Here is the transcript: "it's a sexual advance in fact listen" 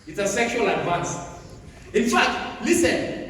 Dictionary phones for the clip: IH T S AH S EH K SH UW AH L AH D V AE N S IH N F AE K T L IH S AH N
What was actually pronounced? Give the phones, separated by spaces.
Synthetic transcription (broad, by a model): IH T S AH S EH K SH UW AH L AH D V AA N S IH N F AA K T L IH S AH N